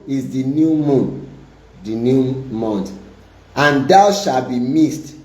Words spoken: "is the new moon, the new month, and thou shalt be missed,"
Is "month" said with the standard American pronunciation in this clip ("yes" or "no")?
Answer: no